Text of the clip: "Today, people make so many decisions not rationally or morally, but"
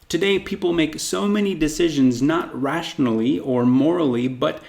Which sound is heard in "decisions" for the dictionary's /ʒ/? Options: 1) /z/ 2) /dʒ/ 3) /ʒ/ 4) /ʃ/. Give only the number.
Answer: 3